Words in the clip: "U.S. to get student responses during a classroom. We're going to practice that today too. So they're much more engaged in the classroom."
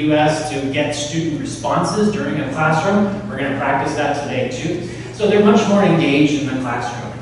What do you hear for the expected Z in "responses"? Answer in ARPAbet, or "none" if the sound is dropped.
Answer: Z